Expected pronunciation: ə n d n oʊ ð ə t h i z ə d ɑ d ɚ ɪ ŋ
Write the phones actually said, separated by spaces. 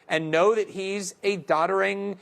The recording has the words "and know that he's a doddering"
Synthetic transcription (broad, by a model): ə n n oʊ ð ə t h i z ə d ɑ d ɚ ɪ ŋ